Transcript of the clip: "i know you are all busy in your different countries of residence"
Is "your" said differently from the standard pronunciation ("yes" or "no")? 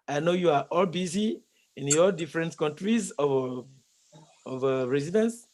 yes